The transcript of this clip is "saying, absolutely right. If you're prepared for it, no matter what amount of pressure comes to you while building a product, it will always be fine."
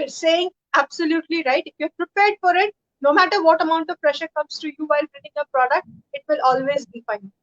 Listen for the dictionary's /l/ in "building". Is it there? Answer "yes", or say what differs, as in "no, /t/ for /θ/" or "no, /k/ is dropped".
no, /n/ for /l/